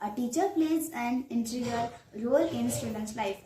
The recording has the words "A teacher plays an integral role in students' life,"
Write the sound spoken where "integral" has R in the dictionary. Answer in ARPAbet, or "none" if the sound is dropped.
none